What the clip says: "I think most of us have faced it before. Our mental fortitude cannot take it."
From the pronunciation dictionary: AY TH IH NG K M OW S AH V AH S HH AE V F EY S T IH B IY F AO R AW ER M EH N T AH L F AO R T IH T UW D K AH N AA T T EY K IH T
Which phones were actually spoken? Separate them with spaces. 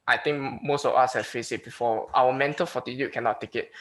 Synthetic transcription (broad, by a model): AY T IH NG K M OW S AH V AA S HH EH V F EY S IH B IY F AO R AW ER M EH N T AH L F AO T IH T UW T K AH N AA T T EY K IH T